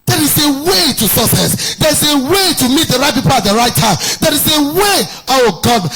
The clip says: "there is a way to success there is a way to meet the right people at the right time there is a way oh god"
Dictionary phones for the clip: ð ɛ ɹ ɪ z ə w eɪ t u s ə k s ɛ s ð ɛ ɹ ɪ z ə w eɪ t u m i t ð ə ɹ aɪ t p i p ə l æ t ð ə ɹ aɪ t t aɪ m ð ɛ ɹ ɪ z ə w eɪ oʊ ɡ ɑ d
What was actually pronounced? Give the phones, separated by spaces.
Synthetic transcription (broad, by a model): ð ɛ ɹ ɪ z ə w eɪ t u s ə s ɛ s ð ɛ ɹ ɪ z ə w eɪ t u m i t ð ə ɹ aɪ t p i p ə l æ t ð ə ɹ aɪ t t aɪ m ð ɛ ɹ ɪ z ə w eɪ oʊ ɡ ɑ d